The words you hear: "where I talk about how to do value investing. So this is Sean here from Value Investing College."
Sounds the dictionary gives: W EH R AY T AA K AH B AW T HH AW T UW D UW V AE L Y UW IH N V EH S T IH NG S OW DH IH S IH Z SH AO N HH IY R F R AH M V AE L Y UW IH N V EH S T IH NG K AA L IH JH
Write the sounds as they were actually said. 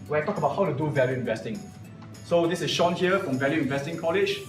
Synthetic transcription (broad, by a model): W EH AY T AA K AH B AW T HH AW T UW D UW V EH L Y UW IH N V EH S T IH NG S OW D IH S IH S SH AO N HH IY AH F R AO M V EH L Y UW IH N V EH S T IH NG K AA L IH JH